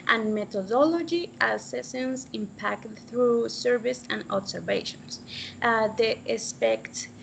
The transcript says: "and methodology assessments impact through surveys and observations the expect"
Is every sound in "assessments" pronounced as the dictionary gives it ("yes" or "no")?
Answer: no